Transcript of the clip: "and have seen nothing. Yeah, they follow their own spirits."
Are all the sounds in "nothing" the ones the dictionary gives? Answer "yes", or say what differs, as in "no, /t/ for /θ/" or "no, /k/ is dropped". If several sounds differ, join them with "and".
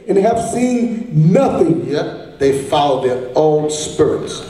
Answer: yes